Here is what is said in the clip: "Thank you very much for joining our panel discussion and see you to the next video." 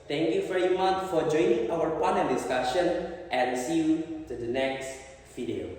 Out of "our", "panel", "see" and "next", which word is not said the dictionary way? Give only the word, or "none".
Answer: panel